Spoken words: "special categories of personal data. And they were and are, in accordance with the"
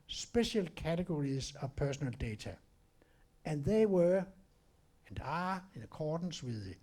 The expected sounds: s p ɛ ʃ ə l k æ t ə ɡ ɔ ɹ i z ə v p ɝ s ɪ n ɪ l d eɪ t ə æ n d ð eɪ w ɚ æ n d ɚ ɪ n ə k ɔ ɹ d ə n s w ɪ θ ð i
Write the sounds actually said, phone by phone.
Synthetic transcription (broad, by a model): s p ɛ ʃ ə l k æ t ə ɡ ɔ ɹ i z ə p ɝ s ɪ n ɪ l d eɪ s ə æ n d ð eɪ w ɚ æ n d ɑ ɪ n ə k ɔ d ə n s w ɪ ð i